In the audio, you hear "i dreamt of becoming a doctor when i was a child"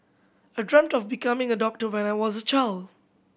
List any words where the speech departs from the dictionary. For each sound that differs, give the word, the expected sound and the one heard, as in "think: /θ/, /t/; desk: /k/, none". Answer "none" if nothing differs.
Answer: none